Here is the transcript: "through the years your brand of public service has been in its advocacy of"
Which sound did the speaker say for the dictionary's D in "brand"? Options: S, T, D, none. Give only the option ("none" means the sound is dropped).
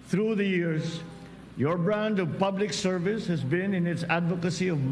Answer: D